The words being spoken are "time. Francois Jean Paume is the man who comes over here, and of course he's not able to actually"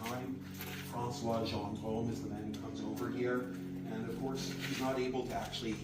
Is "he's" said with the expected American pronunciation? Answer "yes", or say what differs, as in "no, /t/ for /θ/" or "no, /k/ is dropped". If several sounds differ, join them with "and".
yes